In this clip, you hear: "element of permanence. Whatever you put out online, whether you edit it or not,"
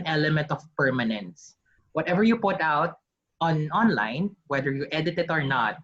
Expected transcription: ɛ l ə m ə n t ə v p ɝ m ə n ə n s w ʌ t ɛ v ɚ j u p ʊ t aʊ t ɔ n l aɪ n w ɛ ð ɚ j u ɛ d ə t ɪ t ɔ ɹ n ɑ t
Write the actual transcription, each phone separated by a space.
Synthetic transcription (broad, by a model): ɛ l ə m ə n t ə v p ɝ m ə n ə n s w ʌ t ɛ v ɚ j u p ʊ t aʊ t ɔ n l aɪ n w ɛ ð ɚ j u ɛ d ə t ɪ t ɔ ɹ n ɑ t